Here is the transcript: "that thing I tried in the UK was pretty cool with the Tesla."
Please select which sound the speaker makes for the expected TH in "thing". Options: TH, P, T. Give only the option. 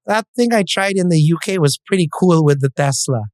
TH